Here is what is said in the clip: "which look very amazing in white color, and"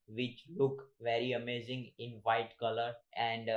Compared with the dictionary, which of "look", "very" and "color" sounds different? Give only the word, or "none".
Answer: none